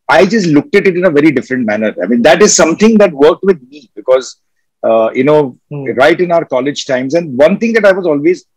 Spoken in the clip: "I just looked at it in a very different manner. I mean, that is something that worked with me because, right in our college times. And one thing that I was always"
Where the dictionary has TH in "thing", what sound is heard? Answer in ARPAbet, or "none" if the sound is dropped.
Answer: T